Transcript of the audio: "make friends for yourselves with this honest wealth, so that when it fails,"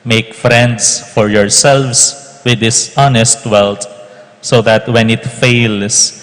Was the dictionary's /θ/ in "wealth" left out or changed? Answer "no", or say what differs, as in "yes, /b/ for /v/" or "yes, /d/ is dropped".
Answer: yes, /t/ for /θ/